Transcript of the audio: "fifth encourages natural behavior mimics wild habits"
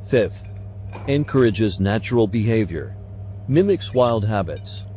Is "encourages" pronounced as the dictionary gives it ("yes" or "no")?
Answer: yes